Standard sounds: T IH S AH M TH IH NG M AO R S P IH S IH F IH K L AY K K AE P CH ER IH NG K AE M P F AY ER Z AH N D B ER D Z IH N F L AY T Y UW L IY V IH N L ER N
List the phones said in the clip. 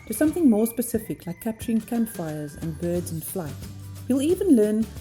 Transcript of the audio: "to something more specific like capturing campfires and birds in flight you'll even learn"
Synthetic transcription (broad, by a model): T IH S AH M TH IH NG M AO R S P IH S IH F IH K L AY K K AE P CH ER IH NG K AE M P F AY ER Z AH N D B ER D Z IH N F L AY T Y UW L IY V IH N L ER N